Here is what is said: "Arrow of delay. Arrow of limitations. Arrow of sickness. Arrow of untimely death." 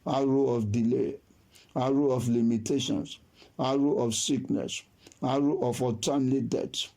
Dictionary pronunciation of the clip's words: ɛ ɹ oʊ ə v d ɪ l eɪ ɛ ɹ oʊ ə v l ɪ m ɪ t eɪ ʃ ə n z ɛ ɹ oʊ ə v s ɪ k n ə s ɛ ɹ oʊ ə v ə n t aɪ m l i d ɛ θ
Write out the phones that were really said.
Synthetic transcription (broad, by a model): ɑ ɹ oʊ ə f d ɪ l eɪ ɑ ɹ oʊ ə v l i m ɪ t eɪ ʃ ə n s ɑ ɹ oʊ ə f s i k n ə s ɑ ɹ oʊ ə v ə t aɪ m l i d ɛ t